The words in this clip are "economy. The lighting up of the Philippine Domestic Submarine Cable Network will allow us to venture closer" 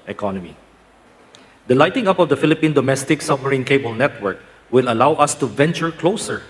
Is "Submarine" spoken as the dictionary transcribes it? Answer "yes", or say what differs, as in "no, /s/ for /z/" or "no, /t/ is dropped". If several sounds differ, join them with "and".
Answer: no, /b/ is dropped